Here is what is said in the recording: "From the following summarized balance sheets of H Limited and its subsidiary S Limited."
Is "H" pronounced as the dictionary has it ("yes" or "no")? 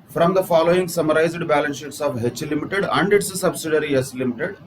yes